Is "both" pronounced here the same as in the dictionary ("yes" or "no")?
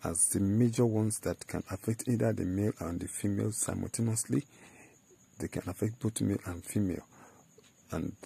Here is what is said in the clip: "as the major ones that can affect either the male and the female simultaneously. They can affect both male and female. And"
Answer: no